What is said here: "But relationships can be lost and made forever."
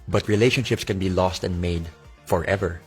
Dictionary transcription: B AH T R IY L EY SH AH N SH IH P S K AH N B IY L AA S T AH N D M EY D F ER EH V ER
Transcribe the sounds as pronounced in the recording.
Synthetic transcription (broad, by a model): B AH T R IY L EY SH AH N SH IH P S K AH N B IY L AA S T AH N D M EY D F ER EH V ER